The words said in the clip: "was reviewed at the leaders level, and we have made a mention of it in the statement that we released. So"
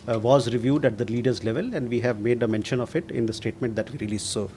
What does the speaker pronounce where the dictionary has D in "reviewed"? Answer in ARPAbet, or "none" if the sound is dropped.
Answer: D